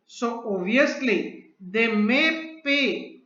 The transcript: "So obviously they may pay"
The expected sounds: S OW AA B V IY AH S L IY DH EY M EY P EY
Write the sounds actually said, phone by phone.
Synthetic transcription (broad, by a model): S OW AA V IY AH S L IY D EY M EY P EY